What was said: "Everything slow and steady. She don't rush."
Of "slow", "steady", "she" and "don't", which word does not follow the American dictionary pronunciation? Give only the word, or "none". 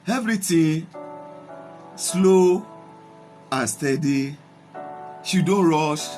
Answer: none